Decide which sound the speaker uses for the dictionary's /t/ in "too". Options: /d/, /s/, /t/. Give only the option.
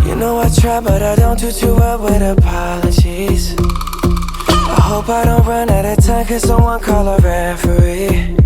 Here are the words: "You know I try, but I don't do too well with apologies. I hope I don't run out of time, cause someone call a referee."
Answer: /t/